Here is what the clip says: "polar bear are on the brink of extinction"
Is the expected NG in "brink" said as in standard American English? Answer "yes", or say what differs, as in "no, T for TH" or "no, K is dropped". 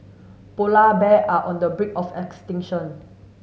no, NG is dropped